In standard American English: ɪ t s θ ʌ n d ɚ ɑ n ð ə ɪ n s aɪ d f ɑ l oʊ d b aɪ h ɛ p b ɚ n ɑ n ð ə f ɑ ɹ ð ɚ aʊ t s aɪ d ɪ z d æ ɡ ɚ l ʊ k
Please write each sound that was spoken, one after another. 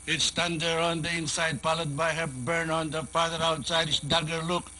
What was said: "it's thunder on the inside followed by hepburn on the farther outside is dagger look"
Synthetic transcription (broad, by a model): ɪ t s t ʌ n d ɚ ɑ n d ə ɪ n s aɪ d p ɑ l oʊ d b aɪ h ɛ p b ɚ n ɑ n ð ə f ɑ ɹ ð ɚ aʊ t s aɪ d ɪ s d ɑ ɡ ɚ l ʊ k